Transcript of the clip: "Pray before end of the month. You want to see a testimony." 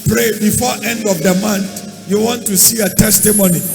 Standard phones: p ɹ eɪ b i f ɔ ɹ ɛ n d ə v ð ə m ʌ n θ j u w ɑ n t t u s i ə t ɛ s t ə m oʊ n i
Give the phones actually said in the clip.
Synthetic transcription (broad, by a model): p ɹ eɪ b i f ɔ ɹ ɛ n d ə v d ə m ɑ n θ j u w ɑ n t t u s i ə t ɛ s t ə m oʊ n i